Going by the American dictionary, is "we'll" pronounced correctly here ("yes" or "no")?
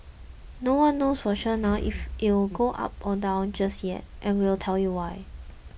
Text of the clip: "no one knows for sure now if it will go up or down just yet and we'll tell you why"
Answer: yes